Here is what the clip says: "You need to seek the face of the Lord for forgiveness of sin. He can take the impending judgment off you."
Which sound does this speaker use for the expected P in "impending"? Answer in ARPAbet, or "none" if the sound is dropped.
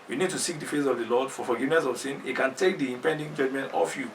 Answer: P